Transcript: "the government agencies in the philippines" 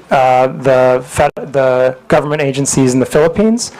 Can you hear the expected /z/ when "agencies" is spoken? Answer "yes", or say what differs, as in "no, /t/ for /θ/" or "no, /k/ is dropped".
yes